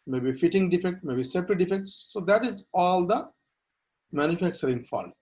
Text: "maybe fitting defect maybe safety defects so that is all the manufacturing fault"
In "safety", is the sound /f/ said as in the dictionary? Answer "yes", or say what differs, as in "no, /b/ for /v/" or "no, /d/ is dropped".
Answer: no, /p/ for /f/